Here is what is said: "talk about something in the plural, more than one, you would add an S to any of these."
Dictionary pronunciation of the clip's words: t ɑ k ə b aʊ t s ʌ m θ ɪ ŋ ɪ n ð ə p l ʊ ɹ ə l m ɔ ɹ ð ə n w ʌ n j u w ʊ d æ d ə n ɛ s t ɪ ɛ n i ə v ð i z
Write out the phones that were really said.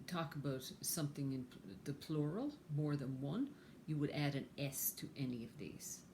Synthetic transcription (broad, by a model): t ɑ k ə b aʊ t s ʌ m θ ɪ ŋ ɪ n ð ə p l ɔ ɹ l m ɔ ɹ ð ə n w ʌ n j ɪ w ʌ d æ d ə n ɛ s t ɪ ɛ n i ə v ð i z